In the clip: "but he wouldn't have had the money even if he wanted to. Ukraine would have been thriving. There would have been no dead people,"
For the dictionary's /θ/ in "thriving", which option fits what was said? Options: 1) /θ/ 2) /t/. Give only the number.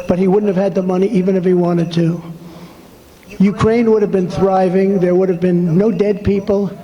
1